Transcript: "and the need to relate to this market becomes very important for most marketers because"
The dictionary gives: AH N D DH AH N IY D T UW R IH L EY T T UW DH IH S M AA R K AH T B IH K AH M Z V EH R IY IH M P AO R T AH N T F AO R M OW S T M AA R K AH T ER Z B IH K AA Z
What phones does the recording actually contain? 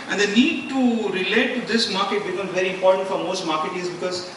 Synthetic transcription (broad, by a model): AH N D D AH N IY D T UW R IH L EY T T UW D IH S M AA R K AH T B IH K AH M V EH R IY IH M P AO R T AH N T F AO R M OW S T M AA R K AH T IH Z B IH K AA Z